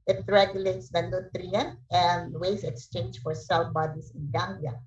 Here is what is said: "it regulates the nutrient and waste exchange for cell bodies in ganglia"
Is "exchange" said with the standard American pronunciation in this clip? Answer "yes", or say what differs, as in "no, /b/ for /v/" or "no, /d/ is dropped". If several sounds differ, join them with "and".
yes